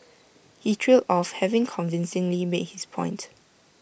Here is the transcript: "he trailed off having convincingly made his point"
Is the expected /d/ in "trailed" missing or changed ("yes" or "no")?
yes